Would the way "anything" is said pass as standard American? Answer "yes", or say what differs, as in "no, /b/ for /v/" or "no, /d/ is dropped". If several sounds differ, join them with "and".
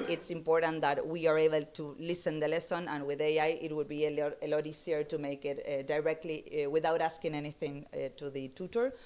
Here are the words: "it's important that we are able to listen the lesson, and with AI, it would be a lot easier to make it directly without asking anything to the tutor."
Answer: yes